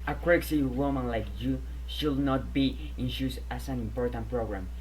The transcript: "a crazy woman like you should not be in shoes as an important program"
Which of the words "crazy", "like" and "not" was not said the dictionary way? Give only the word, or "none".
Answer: crazy